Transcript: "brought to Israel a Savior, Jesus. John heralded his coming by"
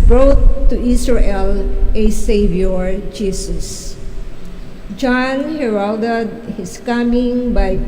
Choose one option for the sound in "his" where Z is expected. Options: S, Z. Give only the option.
S